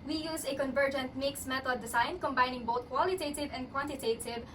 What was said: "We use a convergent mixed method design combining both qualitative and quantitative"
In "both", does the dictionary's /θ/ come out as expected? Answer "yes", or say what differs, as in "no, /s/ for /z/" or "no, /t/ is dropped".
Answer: no, /t/ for /θ/